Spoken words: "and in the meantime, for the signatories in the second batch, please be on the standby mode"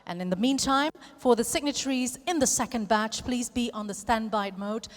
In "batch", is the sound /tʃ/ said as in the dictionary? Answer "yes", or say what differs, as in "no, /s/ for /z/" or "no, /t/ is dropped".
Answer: yes